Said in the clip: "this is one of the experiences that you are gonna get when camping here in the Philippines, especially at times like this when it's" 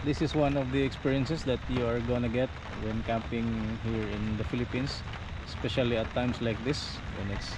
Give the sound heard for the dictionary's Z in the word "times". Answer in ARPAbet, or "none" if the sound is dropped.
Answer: S